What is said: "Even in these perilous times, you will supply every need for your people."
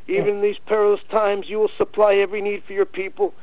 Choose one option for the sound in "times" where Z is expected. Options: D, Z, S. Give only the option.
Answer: Z